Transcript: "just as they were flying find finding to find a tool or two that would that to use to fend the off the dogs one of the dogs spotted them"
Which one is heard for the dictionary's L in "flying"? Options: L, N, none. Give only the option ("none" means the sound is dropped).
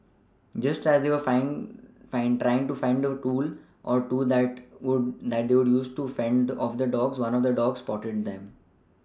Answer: none